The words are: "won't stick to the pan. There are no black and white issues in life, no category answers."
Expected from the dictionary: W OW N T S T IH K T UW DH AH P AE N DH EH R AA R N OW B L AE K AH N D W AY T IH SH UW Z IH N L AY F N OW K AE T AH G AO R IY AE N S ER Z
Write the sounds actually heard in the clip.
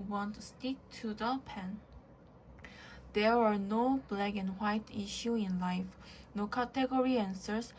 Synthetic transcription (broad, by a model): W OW N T S T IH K T UW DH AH P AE N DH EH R AA R N OW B L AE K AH N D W AY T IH SH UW IH N L AY F N OW K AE T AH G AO R IY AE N S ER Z